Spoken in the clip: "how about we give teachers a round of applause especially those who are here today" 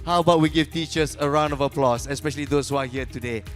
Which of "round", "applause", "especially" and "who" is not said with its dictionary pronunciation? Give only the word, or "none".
applause